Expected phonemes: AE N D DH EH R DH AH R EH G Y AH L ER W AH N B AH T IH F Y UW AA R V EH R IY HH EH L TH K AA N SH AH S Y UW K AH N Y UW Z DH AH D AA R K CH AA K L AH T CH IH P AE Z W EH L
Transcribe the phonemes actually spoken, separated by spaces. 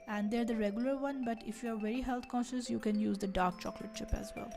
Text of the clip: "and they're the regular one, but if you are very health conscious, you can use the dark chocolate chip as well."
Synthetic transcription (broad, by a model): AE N D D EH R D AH R EH G Y AH L ER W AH N B AH T IH F Y UW AA R V EH R IY HH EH L T K AA N SH AH S Y UW K AH N Y UW Z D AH D AA R K CH AA K L AH T SH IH P AE Z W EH L